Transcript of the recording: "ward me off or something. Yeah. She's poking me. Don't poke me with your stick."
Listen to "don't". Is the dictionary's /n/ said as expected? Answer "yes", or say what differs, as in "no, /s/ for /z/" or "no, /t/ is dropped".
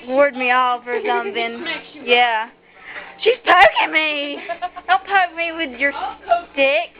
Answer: no, /l/ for /n/